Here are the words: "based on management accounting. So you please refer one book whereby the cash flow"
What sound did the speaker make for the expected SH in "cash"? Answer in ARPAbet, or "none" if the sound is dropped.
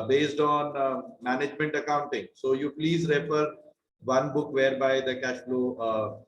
SH